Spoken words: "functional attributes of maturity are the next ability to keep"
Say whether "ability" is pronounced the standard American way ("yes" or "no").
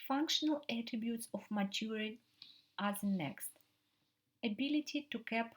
yes